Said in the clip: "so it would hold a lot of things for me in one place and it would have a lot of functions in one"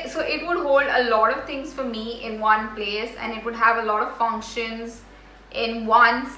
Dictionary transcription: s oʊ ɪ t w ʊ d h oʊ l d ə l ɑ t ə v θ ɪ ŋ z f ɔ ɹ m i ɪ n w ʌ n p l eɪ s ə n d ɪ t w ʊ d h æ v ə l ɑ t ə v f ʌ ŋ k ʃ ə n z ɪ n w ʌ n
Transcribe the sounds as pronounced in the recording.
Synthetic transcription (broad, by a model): s oʊ ɪ t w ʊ d h oʊ l d ə l ɑ t ə v t ɪ ŋ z f ɔ ɹ m i ɪ n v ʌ n p l eɪ s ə n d ɪ t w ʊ d h æ v ə l ɑ t ə v f ʌ ŋ k ʃ ə n z ɪ n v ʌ n